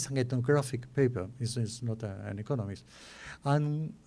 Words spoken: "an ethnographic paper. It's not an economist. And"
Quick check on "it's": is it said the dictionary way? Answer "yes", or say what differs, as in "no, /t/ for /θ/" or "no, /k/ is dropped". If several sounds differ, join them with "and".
no, /s/ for /t/